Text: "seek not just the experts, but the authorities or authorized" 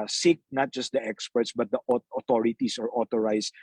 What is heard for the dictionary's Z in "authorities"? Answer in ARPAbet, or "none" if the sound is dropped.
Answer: S